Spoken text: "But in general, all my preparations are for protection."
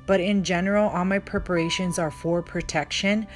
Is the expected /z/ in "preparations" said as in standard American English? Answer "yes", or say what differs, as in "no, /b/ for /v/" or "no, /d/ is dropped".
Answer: yes